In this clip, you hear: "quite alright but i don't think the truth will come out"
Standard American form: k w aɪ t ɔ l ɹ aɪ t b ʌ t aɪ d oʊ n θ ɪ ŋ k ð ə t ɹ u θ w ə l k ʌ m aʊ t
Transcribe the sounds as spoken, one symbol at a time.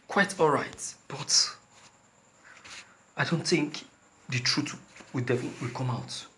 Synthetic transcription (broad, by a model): k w aɪ t ɔ l ɹ aɪ t b ʌ t aɪ d oʊ n θ ɪ ŋ k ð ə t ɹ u t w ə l k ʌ m aʊ t